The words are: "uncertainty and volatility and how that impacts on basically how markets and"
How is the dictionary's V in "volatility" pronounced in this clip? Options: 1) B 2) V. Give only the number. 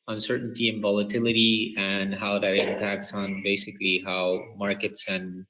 2